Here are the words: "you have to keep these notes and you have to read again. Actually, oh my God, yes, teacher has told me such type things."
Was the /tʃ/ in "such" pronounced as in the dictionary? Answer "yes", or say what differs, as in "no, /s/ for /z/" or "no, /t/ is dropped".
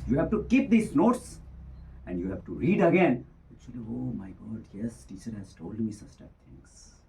no, /s/ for /tʃ/